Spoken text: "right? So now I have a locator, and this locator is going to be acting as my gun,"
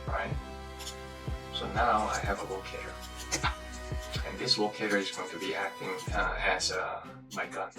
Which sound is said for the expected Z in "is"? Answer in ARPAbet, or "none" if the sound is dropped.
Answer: Z